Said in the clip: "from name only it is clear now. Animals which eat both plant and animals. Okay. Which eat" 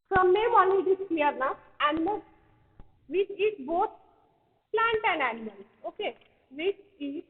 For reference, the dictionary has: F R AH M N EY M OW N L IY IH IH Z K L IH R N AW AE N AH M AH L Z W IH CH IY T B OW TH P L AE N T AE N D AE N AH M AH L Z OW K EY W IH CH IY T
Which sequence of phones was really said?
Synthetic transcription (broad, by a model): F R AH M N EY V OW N IY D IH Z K L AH R N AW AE N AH M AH L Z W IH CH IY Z B OW T P L AE N T AE N D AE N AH M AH L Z OW K EY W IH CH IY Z